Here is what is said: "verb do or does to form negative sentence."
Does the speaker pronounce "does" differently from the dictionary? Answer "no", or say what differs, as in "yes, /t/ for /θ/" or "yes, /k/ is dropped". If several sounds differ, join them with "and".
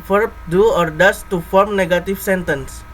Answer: yes, /s/ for /z/